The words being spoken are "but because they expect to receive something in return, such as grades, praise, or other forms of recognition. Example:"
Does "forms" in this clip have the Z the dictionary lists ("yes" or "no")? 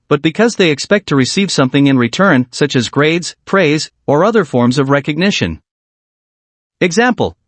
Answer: yes